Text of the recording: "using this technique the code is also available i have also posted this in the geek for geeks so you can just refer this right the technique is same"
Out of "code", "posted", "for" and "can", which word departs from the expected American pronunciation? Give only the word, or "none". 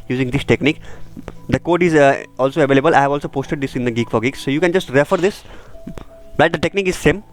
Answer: none